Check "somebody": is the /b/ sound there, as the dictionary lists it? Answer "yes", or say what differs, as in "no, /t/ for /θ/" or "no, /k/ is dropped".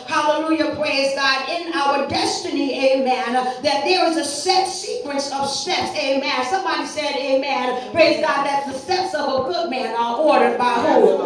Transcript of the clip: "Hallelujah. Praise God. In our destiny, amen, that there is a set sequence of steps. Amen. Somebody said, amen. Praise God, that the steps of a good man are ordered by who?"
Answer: yes